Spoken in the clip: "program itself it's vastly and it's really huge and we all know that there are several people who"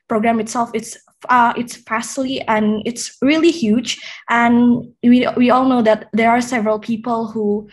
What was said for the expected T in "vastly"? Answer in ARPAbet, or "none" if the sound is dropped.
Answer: S